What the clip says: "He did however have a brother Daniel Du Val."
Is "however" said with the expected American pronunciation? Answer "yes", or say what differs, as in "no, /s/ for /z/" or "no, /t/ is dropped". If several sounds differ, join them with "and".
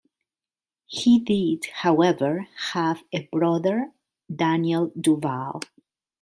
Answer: yes